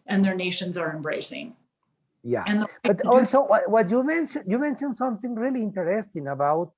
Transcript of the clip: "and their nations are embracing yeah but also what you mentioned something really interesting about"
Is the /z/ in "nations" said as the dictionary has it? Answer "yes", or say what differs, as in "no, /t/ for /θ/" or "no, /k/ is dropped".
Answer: yes